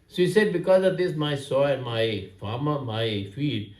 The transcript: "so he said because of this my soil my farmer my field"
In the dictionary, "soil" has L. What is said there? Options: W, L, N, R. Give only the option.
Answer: N